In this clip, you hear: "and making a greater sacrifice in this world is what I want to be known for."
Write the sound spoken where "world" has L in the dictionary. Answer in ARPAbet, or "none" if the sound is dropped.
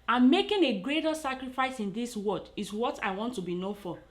none